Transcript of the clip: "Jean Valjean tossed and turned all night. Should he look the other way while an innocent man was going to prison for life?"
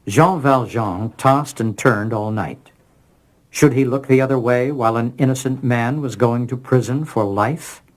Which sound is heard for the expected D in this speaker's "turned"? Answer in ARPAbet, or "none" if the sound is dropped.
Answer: D